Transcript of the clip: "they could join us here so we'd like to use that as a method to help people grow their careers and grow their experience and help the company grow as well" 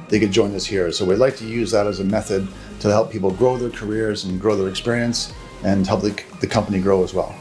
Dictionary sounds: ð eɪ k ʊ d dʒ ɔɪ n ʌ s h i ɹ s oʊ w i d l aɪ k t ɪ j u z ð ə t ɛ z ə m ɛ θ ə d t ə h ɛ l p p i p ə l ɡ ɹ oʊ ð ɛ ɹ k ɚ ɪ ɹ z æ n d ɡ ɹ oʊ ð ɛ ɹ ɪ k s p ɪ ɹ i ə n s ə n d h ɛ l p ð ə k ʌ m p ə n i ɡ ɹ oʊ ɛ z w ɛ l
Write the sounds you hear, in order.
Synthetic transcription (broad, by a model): ð eɪ k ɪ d dʒ ɔɪ n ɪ s h i ɹ s oʊ w i d l aɪ k t ɪ j u z ð ə t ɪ z ə m ɛ θ ə d t ə h ɛ l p p i p l ɡ ɹ oʊ ð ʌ ɹ k ɚ ɪ ɹ z n ɡ ɹ oʊ ð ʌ ɹ ɪ k s p ɪ ɹ i ə n s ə n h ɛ l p ð ə k ʌ m p ə n i ɡ ɹ oʊ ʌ z w ɛ l